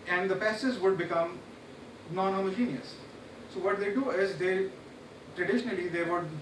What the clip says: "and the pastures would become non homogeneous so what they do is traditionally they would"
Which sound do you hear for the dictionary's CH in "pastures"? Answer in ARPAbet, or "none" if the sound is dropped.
none